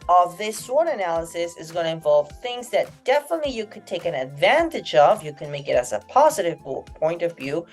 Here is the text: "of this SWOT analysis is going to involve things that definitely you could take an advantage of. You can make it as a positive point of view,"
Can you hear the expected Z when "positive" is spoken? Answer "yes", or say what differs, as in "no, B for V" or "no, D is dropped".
yes